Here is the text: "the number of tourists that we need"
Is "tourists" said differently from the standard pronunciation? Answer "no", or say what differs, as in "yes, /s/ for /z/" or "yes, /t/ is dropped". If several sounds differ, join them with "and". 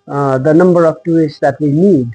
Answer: yes, /ɹ/ is dropped